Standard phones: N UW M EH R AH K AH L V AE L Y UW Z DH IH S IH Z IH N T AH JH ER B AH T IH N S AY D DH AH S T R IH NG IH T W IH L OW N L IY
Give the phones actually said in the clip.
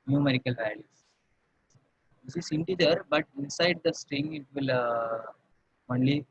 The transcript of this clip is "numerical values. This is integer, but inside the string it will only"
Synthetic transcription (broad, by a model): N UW M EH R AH K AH L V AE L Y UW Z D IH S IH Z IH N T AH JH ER B AH T IH N S AY D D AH S T R IH NG IH T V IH L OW N L IY